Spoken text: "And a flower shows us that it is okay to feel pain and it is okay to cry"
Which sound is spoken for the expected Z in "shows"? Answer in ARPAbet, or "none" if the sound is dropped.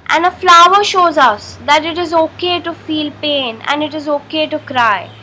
Z